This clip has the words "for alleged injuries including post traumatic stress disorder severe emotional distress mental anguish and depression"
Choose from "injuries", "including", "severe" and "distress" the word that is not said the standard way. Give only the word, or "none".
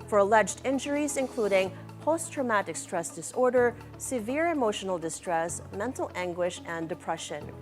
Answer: none